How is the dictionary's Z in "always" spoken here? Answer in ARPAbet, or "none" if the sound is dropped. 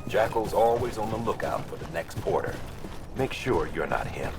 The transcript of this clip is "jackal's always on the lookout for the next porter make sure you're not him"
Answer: Z